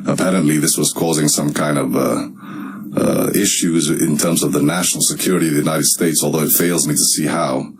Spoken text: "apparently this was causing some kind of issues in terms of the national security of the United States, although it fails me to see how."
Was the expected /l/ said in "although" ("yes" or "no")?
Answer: yes